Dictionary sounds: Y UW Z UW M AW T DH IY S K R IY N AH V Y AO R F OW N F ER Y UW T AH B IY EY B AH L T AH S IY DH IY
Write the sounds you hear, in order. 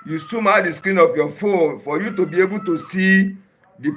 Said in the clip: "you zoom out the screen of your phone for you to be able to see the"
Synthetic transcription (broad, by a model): Y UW S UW M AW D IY S K R IY N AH F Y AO F OW N F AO Y UW T AH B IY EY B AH T AH S IY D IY